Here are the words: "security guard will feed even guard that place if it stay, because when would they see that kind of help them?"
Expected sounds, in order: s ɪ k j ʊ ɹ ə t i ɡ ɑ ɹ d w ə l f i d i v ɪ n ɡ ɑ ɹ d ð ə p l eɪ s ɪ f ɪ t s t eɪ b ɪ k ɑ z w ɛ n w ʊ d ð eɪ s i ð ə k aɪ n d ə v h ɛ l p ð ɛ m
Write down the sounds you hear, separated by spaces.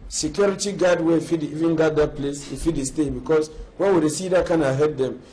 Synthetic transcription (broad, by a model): s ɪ k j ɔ ɹ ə t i ɡ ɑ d w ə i f i d i v ɪ n ɡ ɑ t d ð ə p l eɪ s ɪ f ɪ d s t eɪ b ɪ k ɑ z w ɛ n w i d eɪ s i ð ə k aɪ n ə h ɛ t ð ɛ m